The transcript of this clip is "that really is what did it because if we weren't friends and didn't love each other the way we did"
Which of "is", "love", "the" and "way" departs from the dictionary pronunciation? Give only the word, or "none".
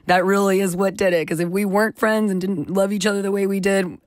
none